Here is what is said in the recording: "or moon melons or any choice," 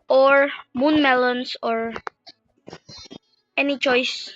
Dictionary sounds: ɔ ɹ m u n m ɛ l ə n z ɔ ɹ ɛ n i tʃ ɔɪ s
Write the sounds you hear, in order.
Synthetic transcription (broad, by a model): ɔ ɹ m u n m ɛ l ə n s ɔ ɹ ɛ n i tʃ ɔɪ s